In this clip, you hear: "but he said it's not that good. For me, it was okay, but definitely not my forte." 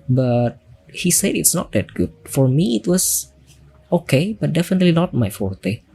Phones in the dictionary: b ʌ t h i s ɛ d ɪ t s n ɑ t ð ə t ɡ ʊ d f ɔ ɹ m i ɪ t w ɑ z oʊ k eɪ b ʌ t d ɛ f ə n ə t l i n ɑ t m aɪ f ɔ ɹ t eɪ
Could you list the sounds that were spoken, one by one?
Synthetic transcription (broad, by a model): b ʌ t h i s ɛ d ɪ t s n ɑ t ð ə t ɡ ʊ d f ɔ ɹ m i ɪ t w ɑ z oʊ k eɪ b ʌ t d ɛ f ə n ə t l i n ɑ t m aɪ f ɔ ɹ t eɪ